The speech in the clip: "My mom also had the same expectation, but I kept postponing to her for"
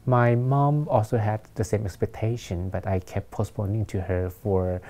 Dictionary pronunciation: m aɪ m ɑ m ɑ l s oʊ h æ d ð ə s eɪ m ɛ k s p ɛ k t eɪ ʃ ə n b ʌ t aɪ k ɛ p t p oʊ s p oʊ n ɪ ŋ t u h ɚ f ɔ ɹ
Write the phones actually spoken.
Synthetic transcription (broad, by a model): m aɪ m ɑ m ɑ l s oʊ h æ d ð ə s eɪ m ɛ k s p ɛ k t eɪ ʃ ə n b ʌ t aɪ k ɛ p p oʊ s p oʊ n ɪ ŋ t u h ɚ f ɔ ɹ